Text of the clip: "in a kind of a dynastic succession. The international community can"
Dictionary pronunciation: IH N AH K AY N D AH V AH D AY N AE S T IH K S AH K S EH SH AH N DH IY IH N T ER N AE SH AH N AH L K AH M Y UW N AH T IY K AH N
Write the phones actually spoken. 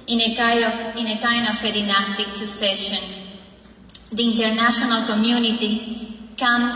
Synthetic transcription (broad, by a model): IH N AH K AY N AH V AH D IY N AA S T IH K S AH K S EH SH AH N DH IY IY N T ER N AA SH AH N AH L K AH M Y UW N AH T IY K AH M